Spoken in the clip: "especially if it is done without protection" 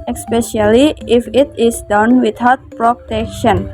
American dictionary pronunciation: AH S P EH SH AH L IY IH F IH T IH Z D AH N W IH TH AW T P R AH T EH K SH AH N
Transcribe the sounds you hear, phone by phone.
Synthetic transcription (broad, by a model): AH S P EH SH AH L IY IH F IH T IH S D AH N W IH T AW T P R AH T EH K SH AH N